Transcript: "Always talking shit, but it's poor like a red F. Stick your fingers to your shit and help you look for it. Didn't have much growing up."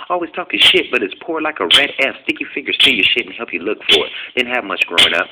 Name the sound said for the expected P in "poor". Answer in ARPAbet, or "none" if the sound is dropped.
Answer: P